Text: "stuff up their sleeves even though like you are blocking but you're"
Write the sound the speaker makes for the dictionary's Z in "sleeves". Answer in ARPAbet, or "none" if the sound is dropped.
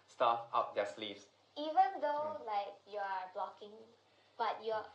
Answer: S